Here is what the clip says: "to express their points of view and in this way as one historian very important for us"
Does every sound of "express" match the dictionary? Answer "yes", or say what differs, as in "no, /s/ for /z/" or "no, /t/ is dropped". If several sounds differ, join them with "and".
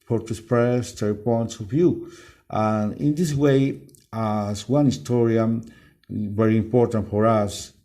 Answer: no, /k/ is dropped